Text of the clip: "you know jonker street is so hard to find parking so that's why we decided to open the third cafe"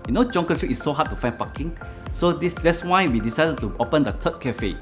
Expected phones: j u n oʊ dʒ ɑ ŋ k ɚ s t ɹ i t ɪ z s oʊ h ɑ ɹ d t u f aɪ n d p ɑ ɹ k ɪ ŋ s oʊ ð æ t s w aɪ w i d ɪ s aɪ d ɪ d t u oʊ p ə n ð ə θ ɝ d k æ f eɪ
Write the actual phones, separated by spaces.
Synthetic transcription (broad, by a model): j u n oʊ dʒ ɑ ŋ k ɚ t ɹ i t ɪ s oʊ h ɑ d t u f aɪ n p ɑ k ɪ ŋ s oʊ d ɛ t s w aɪ w i d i s aɪ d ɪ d t u oʊ p ə n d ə t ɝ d k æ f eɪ